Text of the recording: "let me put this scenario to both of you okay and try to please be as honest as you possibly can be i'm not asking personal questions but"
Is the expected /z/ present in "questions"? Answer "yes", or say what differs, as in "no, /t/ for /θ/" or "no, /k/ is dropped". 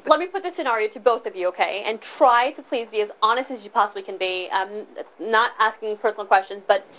yes